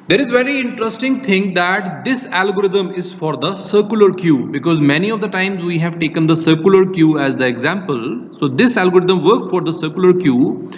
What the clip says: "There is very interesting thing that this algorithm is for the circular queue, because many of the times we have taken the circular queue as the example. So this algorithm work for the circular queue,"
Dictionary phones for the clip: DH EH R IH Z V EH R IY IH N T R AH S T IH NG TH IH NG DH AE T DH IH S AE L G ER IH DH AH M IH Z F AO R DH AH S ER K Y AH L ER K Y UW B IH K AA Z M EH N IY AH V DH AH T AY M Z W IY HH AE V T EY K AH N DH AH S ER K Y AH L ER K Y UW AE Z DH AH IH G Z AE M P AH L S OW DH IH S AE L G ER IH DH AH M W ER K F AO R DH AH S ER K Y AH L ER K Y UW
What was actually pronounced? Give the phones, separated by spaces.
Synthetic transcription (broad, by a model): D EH R IH Z V EH R IY IH N T R AH S T IH NG T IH NG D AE T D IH S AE L G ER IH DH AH M IH Z F AO R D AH S ER K Y AH L ER K Y UW B IH K AA Z M EH N IY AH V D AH T AY M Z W IY HH AE V T EY K AH N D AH S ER K Y L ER K Y UW AE Z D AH IH G Z AE M P AH L S OW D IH S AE L G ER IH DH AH M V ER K F AO R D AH S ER K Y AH L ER K Y UW